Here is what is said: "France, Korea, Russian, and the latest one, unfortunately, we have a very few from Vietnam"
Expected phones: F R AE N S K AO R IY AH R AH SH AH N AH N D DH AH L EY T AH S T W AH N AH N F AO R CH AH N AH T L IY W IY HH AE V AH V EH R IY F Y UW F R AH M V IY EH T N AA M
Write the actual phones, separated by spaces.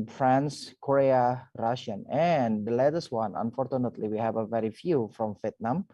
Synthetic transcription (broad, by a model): F R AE N S K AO R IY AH R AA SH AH N AH N D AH L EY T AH S W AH N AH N F AO R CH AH N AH T L IY W IY HH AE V AH V EH R IY F Y UW F R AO M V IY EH T N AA M